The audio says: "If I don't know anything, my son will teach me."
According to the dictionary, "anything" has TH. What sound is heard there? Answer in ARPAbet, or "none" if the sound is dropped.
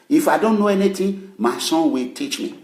T